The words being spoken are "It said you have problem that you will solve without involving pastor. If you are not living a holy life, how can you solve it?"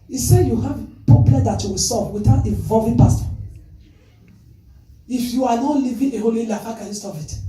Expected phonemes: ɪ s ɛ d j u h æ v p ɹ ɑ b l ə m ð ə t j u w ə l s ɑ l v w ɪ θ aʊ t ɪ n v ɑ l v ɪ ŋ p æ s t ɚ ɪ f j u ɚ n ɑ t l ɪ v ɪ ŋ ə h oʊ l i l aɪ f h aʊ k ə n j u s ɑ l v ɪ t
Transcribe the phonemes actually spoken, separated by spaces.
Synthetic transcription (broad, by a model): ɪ s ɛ j u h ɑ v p ɑ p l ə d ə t j u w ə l s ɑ v w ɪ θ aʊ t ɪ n v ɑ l v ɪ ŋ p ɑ s t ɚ ɪ f j u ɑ n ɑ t l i v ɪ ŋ ə h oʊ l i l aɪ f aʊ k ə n j u s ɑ v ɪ t